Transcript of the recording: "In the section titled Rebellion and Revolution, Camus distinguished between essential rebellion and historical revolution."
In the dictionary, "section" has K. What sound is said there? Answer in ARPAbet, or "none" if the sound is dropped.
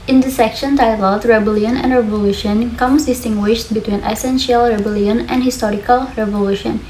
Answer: K